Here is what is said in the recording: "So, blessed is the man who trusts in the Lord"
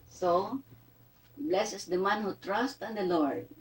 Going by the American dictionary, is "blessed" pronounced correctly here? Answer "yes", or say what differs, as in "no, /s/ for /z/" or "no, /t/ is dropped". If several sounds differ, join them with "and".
no, /t/ is dropped